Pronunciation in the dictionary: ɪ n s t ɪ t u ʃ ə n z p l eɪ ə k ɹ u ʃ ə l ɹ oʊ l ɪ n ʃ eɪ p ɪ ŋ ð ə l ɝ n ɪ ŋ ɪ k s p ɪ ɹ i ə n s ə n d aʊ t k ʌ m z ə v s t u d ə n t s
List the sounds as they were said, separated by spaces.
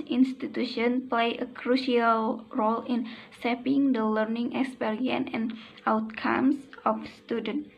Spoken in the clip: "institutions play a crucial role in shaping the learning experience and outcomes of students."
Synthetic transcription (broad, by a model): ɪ n s t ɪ t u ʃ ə n p l eɪ ə k ɹ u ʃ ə l ɹ oʊ l ɪ n s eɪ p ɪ ŋ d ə l ɝ n ɪ ŋ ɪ k s p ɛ ɹ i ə n ə n aʊ t k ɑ m s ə f s t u d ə n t